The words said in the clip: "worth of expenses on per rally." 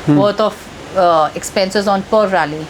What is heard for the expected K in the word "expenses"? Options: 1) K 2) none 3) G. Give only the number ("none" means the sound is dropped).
1